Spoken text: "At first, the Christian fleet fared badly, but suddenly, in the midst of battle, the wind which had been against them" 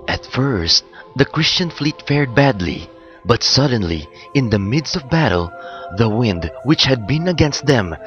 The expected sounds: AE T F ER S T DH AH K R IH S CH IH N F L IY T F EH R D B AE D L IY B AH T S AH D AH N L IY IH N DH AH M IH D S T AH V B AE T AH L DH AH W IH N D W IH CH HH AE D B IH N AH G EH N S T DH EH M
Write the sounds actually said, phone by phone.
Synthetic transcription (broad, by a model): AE T F ER S T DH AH K R IH S CH IH N F L IY T F EH R D B AE D L IY B AH T S AH D AH N L IY IH N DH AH M IH D S T AH V B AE T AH L DH AH W IH N D W IH CH HH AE D B IH N AH G EH N S T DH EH M